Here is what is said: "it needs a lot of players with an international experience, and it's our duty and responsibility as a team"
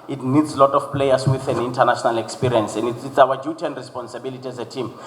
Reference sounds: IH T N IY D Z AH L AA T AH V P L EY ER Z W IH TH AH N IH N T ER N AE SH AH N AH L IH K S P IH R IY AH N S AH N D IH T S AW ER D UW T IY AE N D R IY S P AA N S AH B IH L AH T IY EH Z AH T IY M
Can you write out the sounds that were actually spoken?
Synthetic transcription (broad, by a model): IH T N IY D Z L AA T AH F P L EY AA S W IH TH AH N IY N T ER N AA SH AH N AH L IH K S P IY R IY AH N S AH N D IH T S AW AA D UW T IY N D R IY S P AA N S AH B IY L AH T IY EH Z AH T IY M